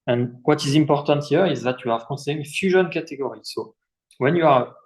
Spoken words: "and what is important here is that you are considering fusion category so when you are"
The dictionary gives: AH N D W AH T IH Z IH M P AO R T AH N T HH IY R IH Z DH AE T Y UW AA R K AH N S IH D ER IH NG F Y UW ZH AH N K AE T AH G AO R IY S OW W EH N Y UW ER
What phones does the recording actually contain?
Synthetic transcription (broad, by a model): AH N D W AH T IH Z IH M P AO R T AH N T HH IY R IH Z DH AE T Y UW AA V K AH S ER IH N F Y UW ZH AH N K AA T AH G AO R IY S OW W EH N Y UW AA